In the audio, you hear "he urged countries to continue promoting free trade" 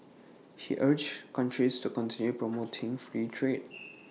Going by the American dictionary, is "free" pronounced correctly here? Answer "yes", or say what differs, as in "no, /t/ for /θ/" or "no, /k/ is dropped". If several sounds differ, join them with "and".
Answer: yes